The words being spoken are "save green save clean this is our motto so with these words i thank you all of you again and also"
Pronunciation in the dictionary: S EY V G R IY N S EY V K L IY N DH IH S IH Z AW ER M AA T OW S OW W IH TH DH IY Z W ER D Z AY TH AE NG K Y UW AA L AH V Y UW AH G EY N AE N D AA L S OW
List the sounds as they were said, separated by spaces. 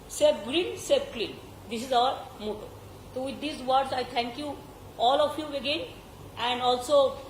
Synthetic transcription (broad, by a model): S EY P G R IY N S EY P K L IY N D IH S IH Z AW ER M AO T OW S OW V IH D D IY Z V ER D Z AY T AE NG K Y UW AA L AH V Y UW AH G EY N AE N D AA L S OW